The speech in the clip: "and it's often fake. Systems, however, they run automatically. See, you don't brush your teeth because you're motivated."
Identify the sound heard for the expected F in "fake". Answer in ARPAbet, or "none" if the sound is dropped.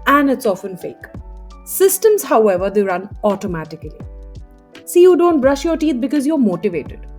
F